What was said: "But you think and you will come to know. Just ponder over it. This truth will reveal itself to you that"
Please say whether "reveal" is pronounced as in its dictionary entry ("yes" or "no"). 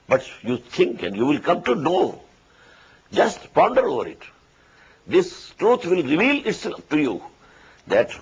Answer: yes